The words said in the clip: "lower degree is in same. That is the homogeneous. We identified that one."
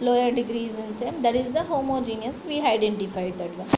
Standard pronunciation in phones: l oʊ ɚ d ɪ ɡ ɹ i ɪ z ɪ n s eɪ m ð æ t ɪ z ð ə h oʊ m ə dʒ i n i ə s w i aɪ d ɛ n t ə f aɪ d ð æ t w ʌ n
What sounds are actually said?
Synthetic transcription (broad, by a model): l oʊ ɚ d ɪ ɡ ɹ i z ɪ n s eɪ m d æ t ɪ z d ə h oʊ m ə dʒ i n i ə s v i aɪ d ɛ n t ə f aɪ d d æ t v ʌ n